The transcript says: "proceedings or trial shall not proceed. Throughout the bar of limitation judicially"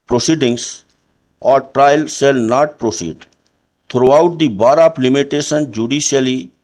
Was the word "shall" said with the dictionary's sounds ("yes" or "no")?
no